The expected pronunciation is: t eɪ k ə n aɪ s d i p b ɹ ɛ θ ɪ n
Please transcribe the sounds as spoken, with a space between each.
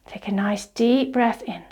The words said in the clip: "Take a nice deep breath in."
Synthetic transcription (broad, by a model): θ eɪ k ə n aɪ s d i p b ɹ ɛ θ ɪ n